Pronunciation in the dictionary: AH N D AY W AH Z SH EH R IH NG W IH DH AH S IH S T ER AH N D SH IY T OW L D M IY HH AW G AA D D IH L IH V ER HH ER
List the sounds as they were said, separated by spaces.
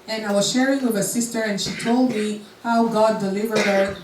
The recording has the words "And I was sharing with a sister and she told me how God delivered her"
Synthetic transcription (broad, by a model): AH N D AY W AH Z SH EH R IH NG W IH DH AH S IH S T ER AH N SH IY T OW L D M IY HH AW G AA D D IH L IH V ER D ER